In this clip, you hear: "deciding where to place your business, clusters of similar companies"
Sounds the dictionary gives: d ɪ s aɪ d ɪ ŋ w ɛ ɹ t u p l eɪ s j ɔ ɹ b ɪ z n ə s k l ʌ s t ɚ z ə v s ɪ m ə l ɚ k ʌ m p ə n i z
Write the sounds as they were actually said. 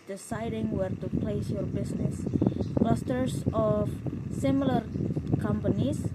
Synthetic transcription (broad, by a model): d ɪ s aɪ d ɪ ŋ w ɛ ɹ t u p l eɪ s j ɔ ɹ b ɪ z n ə s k l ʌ s t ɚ s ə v s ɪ m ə l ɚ k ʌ m p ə n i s